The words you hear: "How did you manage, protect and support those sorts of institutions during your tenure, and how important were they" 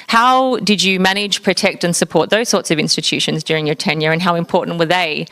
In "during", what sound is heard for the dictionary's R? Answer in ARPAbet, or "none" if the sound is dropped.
R